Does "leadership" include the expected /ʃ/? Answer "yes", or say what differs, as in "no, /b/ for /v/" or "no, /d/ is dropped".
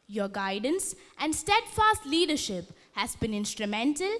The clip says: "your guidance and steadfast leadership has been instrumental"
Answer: yes